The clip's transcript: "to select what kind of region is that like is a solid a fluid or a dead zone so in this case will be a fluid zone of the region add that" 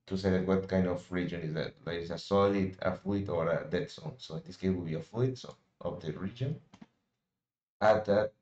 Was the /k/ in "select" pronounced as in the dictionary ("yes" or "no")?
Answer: no